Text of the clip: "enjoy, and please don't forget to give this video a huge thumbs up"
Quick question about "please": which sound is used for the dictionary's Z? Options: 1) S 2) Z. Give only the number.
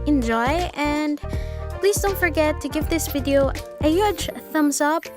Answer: 2